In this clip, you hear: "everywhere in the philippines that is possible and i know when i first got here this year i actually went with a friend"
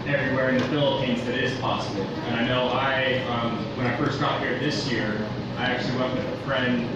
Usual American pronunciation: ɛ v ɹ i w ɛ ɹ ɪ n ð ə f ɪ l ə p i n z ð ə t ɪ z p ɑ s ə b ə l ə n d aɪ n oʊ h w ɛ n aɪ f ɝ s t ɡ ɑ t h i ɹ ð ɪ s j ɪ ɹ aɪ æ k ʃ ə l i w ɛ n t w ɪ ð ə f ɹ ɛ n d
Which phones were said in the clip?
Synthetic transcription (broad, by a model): ɛ v ɹ i w ɛ ɹ ɪ n ð ə f ɪ l ə p i n z ð ə t ɪ z p ɑ s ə b l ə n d aɪ n oʊ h w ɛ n aɪ f ɝ s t ɡ ɑ t h i ɹ ð ɪ s j ɪ ɹ aɪ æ k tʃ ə l i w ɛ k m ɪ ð ə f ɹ ɛ n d